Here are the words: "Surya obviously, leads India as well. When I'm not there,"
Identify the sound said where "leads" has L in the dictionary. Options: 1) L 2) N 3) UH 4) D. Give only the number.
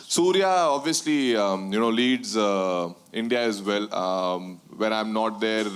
1